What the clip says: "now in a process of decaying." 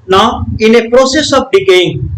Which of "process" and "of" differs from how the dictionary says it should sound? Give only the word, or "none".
of